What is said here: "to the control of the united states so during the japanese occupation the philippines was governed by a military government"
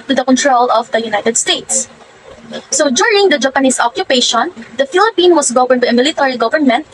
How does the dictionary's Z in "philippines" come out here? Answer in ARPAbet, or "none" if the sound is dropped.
none